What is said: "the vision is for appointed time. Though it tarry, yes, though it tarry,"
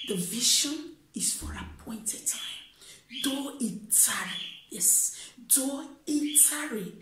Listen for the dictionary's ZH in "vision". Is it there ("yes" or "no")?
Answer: no